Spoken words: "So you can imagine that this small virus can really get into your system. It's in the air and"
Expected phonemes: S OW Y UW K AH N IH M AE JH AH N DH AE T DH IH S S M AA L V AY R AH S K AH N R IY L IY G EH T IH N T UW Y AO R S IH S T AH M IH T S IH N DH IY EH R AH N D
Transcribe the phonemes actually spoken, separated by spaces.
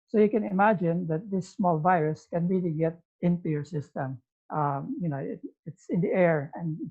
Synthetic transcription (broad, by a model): S OW Y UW K AH N IH M AE JH AH N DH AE T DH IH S S M AA L V AY R AH S K AH N R IY L IY G EH T IH N T UW Y AO R S IH S T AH M IH T S IH N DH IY EH R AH N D